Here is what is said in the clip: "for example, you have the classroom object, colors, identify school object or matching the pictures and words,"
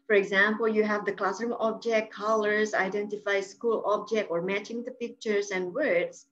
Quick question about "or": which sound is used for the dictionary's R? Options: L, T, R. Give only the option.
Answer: R